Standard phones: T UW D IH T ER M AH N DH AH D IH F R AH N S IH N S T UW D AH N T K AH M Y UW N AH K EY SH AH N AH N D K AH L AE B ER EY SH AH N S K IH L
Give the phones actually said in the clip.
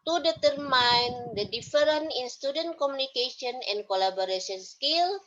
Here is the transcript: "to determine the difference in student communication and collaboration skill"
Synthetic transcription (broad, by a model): T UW D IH T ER M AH N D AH D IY F R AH N IH N S T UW D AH N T K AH M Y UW N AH K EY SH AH N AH N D K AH L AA B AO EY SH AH N S K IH L